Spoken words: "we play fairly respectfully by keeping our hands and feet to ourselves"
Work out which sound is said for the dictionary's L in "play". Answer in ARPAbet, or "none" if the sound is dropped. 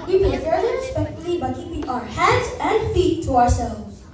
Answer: none